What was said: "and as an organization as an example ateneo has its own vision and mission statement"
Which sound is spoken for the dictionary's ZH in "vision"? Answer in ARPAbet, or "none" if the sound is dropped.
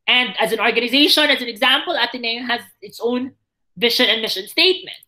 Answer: SH